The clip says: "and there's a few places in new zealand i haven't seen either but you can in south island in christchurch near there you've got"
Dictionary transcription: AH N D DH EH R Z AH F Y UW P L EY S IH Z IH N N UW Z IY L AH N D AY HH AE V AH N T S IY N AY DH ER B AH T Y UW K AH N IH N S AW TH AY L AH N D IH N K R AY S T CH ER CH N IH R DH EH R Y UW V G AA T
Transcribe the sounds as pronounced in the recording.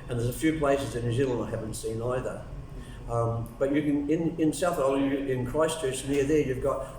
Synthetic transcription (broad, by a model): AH N DH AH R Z AH F Y UW P L EY S IH Z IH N N UW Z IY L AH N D AY HH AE V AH N T S IY N AY DH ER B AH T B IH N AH N IH N S AW TH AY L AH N IH N K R AY S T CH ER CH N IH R DH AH R Y UW V G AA T